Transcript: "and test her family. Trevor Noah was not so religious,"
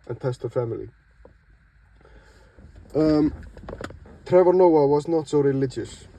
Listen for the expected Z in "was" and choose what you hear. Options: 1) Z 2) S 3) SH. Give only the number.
1